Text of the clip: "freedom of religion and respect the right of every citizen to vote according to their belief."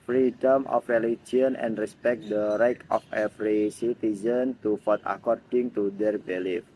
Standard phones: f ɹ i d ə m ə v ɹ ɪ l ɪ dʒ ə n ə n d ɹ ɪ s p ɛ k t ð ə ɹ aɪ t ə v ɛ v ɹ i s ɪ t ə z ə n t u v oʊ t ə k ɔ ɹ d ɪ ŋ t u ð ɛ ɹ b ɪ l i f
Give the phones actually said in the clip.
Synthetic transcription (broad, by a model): f ɹ i d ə m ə f ɹ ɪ l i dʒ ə n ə n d ɹ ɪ s p ɛ k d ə ɹ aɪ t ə f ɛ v ɹ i s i t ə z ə n t u f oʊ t ə k ɔ ɹ d ɪ ŋ t u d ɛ ɹ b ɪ l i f